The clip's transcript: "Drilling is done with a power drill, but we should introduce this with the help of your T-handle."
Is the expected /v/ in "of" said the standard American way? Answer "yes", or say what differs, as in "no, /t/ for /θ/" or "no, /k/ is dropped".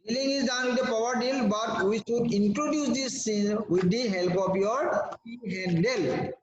no, /p/ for /v/